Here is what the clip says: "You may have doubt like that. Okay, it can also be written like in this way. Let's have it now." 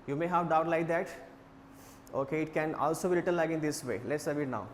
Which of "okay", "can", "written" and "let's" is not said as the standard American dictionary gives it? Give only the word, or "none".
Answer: written